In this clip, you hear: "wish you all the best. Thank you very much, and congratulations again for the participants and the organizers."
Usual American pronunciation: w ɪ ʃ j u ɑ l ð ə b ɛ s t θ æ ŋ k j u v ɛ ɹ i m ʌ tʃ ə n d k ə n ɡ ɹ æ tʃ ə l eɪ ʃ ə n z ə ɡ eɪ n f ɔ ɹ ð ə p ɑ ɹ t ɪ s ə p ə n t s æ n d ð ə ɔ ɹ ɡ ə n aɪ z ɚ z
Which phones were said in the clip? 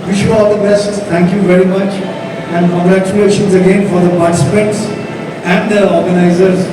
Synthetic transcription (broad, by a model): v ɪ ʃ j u ɑ l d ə b ɛ s t t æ ŋ k j u v ɛ ɹ i m ʌ tʃ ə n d k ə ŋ ɡ ɹ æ tʃ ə l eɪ ʃ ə n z ə ɡ eɪ n f ɔ ɹ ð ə p ɑ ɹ t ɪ s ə p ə n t s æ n d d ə ɔ ɹ ɡ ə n aɪ z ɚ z